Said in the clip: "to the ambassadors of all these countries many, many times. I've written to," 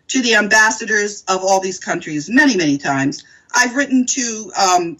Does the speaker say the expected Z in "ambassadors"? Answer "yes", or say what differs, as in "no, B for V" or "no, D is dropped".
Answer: yes